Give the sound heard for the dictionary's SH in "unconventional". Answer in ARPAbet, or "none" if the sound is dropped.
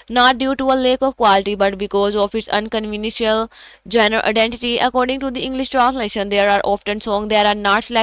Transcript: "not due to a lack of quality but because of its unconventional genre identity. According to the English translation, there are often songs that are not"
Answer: none